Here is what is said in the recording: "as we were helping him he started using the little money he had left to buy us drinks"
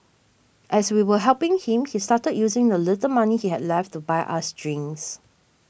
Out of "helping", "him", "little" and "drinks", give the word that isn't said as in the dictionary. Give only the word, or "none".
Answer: drinks